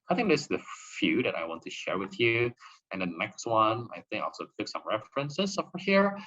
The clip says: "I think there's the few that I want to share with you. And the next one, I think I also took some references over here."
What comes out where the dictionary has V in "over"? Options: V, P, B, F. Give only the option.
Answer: F